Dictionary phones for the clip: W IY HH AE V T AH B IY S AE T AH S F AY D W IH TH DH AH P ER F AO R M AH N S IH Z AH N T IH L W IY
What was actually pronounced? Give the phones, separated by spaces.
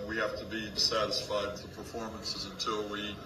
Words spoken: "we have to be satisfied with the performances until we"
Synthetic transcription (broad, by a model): W IY HH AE F T AH B IY S AE T AH S F AY D W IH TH DH AH P ER F AO R M AH N S IH Z AH N T IH L W IY